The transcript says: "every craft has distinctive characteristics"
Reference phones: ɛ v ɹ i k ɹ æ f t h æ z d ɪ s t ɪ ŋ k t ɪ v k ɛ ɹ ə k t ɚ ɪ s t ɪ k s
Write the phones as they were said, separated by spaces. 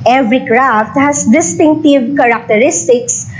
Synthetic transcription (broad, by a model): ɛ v ɹ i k ɹ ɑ f t h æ s d ɪ s t ɪ ŋ k t ɪ v k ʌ ɹ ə k t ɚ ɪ s t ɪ k s